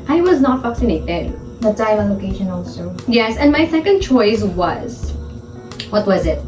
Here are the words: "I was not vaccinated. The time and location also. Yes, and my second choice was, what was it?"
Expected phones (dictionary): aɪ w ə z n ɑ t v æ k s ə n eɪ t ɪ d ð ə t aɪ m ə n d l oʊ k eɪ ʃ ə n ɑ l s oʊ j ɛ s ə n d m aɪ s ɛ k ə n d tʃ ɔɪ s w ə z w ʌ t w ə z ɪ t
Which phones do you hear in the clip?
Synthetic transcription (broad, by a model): aɪ w ə z n ɑ t f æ k s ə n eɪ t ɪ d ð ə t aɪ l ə l oʊ k eɪ ʃ ə n ɑ l s oʊ j ɛ s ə n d m aɪ s ɛ k ə n d tʃ ɔɪ s w ə z w ʌ t w ə z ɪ t